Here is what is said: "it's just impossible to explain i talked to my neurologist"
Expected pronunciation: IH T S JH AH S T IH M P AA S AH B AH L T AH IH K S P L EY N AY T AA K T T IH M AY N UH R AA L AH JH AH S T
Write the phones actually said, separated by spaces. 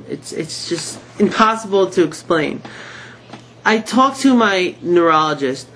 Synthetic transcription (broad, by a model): IH T S JH AH S T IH M P AA S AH B L T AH IH K S P L EY N AY T AA K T T IH M AY N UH R AA L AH JH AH S T